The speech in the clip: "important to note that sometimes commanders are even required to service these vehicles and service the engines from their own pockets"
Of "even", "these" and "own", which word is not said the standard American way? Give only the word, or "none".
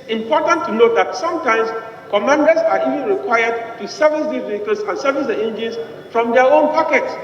these